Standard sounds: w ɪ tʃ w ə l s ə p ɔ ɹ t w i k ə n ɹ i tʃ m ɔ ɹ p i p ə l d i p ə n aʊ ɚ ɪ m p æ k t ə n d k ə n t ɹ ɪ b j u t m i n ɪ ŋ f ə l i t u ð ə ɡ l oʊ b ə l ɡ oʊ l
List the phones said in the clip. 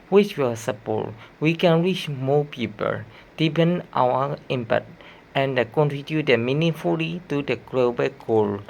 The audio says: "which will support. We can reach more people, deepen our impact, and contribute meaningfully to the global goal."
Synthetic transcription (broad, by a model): w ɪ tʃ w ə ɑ s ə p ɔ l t w i k ə n ɹ i tʃ m ɔ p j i p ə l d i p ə n aʊ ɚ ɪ m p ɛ t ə n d k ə n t ɹ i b j u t m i n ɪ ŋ f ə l i t u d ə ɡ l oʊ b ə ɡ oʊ l